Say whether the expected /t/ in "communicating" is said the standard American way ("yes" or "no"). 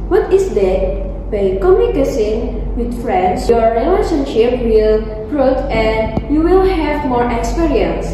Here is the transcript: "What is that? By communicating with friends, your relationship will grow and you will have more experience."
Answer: no